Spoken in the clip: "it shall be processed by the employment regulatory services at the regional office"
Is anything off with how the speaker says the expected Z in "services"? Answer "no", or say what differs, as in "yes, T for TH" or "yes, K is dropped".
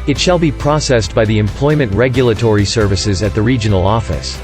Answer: no